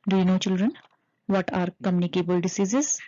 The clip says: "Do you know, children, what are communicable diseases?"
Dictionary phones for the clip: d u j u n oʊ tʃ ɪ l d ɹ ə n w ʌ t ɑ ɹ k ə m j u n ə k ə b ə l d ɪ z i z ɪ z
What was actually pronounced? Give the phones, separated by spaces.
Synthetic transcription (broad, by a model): d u j u n oʊ tʃ ɪ l d ɹ ə n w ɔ t ɑ ɹ k ə m j u n ə k ə b ə l d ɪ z i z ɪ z